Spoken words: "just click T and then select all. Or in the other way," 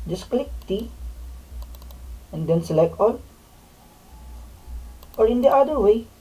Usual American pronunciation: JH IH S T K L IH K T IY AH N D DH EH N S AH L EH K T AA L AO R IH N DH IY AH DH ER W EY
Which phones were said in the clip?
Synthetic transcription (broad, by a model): JH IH S K L IH K T IY AH N D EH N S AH L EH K AA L AO R IH N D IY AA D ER W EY